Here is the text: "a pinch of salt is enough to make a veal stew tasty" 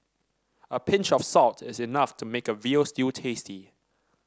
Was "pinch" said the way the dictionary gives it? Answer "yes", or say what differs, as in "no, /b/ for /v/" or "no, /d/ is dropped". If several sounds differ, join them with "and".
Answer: yes